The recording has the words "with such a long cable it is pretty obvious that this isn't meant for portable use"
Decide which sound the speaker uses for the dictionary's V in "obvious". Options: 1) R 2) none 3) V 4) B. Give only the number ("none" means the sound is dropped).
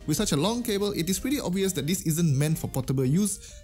3